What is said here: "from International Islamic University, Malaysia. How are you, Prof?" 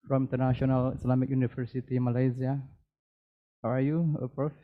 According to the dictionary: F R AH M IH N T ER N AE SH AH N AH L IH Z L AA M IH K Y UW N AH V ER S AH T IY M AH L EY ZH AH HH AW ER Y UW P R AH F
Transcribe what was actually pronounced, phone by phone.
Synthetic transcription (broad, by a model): F R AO M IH N T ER N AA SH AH N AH L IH S L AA M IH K Y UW N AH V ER S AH T IY M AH L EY Z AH HH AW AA Y UW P R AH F